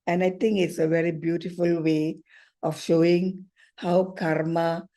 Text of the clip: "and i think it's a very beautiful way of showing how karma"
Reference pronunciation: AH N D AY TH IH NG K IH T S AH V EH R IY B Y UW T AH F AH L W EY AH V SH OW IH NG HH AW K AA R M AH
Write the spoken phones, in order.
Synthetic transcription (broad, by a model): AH N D AY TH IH NG K IH T S AH V EH R IY B Y UW T AH F AH L W EY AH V SH OW IH NG HH AW K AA R M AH